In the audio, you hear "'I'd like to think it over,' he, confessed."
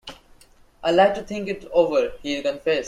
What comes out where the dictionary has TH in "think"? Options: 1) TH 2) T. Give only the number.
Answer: 2